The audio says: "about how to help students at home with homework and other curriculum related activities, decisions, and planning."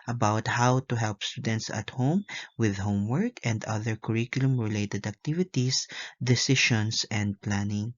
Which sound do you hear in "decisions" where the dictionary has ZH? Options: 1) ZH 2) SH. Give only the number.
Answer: 2